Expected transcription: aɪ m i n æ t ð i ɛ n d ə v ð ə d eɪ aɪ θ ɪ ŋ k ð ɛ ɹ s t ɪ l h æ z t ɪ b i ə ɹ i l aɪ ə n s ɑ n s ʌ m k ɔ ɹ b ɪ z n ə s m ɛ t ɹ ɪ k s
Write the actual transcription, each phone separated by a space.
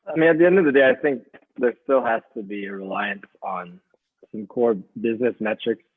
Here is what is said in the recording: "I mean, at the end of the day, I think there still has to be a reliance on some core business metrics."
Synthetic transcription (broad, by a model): aɪ m i n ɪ t ð i ɛ n d ə v ð ə d eɪ aɪ θ ɪ ŋ k ð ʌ ɹ s t ɪ l h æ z t ɪ b i ə ɹ i l aɪ ə n s n s ʌ m k ɔ ɹ b ɪ z n ə s m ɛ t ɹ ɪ k s